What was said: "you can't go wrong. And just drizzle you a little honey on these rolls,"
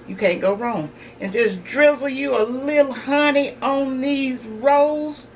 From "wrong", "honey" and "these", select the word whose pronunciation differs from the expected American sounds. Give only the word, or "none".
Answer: none